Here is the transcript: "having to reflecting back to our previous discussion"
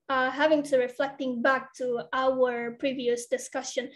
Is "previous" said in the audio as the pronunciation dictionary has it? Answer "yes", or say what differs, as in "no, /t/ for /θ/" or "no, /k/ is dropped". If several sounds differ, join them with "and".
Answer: yes